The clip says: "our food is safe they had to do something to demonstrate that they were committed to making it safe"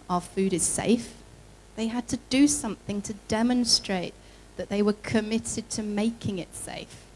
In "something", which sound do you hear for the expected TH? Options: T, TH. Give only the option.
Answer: TH